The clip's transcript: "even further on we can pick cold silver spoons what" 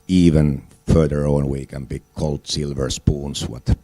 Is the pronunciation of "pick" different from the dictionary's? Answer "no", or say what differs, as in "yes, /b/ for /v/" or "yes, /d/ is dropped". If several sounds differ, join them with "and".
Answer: yes, /b/ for /p/